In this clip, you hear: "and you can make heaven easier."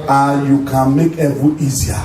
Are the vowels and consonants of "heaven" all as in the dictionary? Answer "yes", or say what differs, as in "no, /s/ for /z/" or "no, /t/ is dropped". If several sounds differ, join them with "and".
no, /n/ is dropped